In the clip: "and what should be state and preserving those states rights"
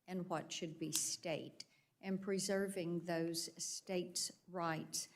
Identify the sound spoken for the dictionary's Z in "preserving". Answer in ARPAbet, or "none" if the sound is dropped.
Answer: Z